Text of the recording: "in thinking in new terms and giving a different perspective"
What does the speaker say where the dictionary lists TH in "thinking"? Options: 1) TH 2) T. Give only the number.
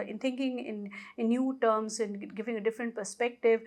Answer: 2